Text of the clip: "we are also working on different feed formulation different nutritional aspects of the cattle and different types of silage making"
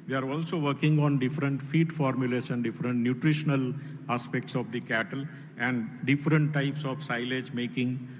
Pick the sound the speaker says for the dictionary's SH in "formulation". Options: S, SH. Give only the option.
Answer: S